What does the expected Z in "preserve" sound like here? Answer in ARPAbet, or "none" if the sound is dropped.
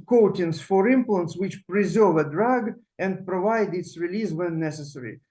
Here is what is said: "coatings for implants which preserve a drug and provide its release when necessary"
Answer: Z